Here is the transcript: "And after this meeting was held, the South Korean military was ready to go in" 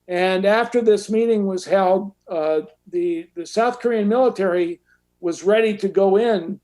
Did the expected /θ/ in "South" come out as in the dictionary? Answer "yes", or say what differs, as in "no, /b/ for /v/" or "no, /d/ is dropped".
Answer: yes